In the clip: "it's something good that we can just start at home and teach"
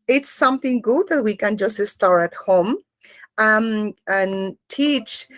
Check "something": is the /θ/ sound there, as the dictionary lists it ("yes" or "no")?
yes